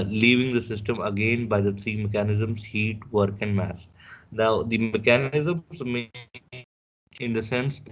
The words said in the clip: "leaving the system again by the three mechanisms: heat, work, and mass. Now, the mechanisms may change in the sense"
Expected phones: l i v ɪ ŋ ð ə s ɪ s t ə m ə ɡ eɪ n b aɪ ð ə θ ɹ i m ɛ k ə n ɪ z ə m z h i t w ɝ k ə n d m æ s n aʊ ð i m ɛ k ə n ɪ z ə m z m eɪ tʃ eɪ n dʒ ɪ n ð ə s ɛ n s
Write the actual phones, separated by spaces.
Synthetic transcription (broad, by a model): l i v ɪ ŋ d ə s ɪ s t ə m ə ɡ eɪ n b aɪ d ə t ɹ i m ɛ k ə n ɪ z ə m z h i t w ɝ k ə n d m æ s n aʊ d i m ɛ k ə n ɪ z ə m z m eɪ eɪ dʒ ɪ n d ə s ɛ n s